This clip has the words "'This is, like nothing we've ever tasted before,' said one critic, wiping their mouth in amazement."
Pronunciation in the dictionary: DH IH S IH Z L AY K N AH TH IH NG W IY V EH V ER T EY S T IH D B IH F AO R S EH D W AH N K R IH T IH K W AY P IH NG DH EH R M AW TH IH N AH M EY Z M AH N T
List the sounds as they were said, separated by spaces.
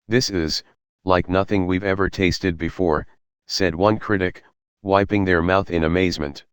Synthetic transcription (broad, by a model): DH IH S IH Z L AY K N AH TH IH NG W IY V EH V ER T EY S T IH D B IH F AO R S EH D W AH N K R IH T IH K W AY P IH NG DH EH R M AW TH IH N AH M EY Z M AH N T